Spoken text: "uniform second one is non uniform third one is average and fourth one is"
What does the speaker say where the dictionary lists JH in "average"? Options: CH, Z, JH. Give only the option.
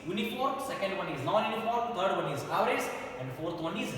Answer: Z